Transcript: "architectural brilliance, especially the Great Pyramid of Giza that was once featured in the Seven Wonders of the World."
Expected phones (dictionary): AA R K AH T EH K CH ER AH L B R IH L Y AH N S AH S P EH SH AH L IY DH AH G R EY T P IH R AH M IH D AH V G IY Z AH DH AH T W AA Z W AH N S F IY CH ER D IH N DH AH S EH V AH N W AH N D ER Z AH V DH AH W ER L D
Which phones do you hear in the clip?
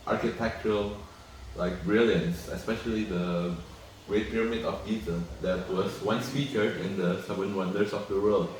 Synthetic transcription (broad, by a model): AA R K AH T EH K CH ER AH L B R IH L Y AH N S AH S P EH SH AH L IY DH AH G R EY T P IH R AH M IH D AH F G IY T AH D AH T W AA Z W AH N S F IY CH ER IH N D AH S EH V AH N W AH N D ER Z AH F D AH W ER L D